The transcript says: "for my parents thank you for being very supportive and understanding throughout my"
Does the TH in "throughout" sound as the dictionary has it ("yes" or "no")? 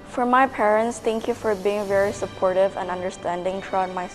no